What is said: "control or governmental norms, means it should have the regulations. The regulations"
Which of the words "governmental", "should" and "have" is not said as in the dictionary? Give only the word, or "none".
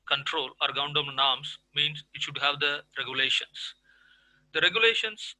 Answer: governmental